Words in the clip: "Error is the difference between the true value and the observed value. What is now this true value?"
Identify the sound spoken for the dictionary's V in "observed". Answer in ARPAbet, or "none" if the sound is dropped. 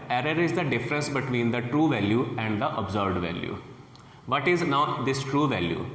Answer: B